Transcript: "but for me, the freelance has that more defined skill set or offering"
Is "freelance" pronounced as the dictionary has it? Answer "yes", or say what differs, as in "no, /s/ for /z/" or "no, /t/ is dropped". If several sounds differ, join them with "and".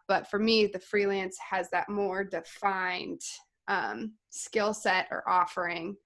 yes